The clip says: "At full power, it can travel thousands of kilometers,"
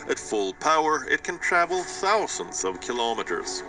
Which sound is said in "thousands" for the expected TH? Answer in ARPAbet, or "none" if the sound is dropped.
TH